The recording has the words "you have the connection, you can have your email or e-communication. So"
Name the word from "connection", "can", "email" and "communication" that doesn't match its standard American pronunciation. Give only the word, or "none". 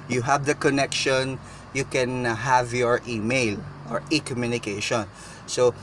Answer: none